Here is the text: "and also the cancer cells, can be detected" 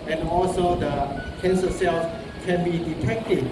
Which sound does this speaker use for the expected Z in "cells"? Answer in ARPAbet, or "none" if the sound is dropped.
S